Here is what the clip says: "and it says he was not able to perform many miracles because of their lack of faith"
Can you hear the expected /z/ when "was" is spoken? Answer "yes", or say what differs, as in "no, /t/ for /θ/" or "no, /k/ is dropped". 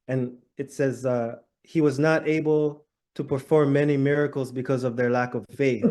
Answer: yes